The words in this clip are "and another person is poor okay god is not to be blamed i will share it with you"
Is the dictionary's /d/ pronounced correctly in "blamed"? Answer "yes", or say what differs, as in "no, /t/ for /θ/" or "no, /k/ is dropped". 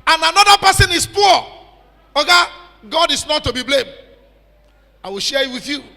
yes